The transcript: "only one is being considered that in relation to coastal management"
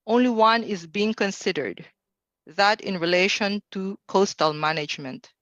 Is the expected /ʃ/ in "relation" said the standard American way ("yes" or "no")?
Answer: yes